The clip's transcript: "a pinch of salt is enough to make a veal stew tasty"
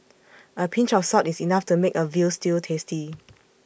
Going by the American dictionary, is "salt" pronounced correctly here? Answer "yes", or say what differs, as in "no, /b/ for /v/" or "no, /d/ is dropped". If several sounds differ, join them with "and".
no, /l/ is dropped